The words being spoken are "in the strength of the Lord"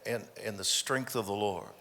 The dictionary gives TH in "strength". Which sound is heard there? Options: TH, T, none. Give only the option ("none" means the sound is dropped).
TH